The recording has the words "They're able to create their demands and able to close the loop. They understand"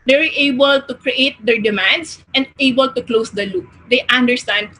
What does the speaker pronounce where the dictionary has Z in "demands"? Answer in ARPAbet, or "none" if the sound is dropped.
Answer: S